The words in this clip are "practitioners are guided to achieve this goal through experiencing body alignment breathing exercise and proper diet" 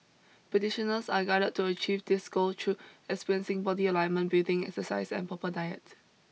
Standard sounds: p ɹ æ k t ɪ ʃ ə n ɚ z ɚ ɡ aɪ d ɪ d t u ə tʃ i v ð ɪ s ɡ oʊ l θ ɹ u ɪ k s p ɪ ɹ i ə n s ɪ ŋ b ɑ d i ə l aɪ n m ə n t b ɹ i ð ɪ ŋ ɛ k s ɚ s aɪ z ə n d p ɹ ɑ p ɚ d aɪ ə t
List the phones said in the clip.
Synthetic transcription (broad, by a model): p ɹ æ t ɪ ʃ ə n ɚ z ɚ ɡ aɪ d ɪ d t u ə tʃ i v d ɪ s ɡ oʊ l t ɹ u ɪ k s p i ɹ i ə n s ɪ ŋ b ɑ d i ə l aɪ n m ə n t b i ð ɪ ŋ ɛ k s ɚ s aɪ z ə n p ɑ p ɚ d aɪ ə t